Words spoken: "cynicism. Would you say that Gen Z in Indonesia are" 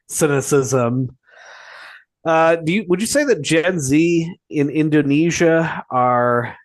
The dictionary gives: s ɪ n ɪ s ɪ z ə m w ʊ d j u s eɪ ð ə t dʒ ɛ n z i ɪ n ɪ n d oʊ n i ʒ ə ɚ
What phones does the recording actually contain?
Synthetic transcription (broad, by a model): s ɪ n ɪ s ɪ z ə m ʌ d j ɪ s eɪ ð ə t dʒ ɛ n z i ɪ n ɪ n d oʊ n i ʒ ə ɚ